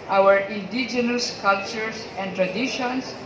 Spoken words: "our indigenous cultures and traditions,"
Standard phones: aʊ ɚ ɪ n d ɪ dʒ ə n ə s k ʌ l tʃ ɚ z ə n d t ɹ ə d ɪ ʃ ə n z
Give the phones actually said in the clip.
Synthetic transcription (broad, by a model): aʊ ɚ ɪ n d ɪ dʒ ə n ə s k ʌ l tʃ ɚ s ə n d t ɹ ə d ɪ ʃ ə n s